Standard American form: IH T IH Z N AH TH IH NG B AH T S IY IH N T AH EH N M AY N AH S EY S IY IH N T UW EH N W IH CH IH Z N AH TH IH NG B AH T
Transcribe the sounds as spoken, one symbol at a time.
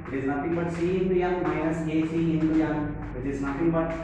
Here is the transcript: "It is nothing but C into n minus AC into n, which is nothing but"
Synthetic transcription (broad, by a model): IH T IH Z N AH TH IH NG B AH T S IY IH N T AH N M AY AH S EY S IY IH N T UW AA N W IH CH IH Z N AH T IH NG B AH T